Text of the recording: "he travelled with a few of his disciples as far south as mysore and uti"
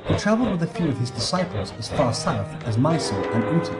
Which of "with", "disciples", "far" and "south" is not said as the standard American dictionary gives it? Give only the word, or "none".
none